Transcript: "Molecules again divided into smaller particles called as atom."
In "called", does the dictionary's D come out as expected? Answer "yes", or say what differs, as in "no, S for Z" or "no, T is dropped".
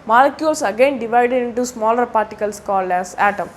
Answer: no, D is dropped